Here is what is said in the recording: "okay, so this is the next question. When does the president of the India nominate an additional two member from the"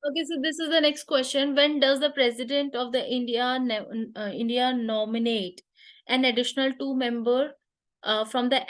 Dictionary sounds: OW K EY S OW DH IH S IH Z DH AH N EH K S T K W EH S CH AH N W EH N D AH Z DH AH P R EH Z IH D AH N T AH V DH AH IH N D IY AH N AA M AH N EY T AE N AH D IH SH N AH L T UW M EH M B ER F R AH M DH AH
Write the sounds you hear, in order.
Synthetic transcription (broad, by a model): OW K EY S OW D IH S IH Z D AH N EH K S T K W EH S CH AH N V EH N D AH Z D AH P R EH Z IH D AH N T AH V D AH IH N D IY AH N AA M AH N EY T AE N AH D IH SH N AH L T UW M EH M B ER F R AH M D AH